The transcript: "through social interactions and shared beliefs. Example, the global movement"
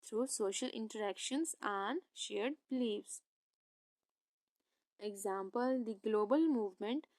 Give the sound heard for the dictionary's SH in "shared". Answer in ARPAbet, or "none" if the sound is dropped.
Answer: SH